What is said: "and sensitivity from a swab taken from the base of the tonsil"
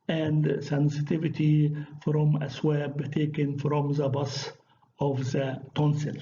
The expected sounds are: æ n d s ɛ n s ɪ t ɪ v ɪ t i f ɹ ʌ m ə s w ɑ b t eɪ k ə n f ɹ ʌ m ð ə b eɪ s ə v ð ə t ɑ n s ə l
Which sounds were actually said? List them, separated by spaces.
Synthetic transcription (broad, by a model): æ n d s ɛ n s ɪ t ɪ v ɪ t i f ɹ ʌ m ə s w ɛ b t eɪ k ə n f ɹ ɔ m ð ə b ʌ s ə v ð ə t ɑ n s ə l